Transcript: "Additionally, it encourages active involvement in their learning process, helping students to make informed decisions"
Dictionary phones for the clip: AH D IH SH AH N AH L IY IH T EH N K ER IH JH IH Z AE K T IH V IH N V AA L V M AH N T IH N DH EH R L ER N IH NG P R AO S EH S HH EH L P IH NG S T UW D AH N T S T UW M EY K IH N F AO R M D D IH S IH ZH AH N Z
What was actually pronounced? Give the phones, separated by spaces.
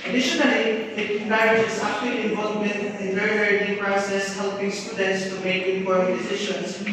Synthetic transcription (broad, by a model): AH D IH SH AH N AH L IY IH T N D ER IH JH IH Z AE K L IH IH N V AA L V M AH N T IH N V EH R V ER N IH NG P R AO S EH S HH EH L P IH NG S T UW D AH N T S T UW M EY K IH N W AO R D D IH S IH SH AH N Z